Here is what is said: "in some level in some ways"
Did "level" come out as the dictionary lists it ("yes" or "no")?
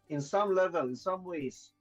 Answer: yes